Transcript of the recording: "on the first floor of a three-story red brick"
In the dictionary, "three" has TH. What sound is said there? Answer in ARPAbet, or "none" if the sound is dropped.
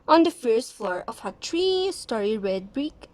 T